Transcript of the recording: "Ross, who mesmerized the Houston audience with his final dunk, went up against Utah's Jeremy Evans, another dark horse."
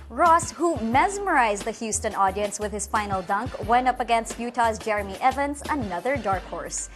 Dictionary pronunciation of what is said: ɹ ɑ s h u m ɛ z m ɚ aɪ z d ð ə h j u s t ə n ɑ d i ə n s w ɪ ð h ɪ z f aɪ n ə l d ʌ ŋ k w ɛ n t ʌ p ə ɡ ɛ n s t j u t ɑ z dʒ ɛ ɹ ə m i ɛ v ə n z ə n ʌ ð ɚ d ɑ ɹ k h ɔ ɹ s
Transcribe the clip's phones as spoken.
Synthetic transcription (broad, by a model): ɹ ɑ s h u m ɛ z m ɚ aɪ z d ð ə h j u s t ə n ɑ d i ə n s w ɪ ð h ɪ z f aɪ n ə l d ʌ ŋ k w ɛ n t ʌ p ə ɡ ɛ n s t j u t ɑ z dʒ ɛ ɹ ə m i ɛ v ə n z ə n ʌ ð ɚ d ɑ ɹ k h ɔ ɹ s